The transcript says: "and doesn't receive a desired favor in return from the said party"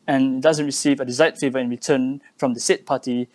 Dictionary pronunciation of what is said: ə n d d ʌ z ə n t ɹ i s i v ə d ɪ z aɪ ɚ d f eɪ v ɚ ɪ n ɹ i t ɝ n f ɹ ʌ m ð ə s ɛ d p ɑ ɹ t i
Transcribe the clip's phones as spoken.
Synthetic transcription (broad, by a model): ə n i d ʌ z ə n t ɹ i s i v ə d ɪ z aɪ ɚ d f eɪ v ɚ ɪ n ɹ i t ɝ n f ɹ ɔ m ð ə s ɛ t p ɑ t i